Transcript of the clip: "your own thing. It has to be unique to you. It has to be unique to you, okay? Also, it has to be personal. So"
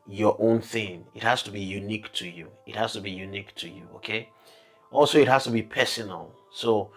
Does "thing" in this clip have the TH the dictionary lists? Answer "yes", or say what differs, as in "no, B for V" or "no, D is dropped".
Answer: yes